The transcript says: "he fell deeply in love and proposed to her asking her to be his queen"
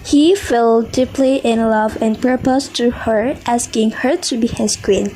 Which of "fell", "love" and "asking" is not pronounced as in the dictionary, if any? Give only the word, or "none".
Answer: none